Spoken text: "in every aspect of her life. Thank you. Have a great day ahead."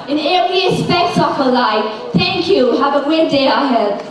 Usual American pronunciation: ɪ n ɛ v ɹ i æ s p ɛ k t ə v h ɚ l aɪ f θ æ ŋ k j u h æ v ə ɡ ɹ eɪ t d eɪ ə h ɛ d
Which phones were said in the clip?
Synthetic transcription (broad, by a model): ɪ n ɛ ɹ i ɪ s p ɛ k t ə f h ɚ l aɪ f θ æ ŋ k j u h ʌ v ə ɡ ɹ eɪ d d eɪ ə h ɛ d